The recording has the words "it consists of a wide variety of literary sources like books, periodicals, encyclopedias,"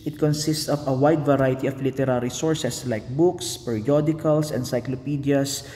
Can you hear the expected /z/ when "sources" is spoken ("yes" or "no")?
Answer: no